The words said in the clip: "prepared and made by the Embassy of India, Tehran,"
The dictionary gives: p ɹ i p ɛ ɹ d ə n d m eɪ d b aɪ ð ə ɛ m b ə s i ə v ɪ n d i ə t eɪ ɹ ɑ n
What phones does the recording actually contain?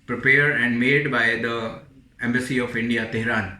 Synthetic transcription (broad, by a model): p ɹ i p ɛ ɹ d ə n d m eɪ d b aɪ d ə ɛ m b ə s i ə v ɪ n d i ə t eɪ ɹ ɑ n